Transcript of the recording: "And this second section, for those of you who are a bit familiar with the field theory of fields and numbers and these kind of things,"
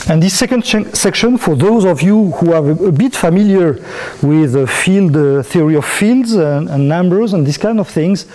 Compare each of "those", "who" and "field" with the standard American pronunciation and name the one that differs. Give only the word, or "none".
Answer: none